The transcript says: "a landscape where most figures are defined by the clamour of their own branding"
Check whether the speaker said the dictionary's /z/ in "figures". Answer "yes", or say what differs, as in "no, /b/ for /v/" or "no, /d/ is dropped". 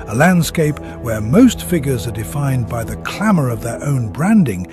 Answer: yes